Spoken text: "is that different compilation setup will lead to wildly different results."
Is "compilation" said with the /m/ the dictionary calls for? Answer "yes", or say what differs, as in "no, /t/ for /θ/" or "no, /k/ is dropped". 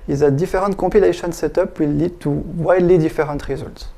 no, /m/ is dropped